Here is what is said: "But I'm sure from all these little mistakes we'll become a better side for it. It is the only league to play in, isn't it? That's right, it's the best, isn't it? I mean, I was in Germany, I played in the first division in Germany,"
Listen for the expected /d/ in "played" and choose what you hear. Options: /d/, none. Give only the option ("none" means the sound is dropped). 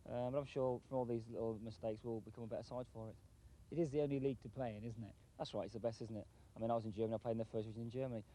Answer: none